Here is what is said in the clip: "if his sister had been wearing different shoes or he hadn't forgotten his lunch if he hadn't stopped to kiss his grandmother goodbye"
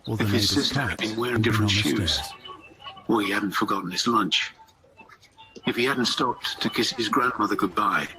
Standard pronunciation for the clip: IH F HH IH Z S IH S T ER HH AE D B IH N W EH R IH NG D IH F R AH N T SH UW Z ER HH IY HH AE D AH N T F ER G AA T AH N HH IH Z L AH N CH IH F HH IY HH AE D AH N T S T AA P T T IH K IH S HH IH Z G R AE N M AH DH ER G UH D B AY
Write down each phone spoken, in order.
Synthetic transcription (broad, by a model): IH F HH IH Z S IH S T ER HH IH D B IH N W EH R IH NG D IH F R AH N T SH UW Z ER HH IY HH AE D N T F ER G AA T N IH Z L AH N CH IH F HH IY HH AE D N T S T AA P T T IH K IH S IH Z G R AE N M AH DH ER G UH D B AY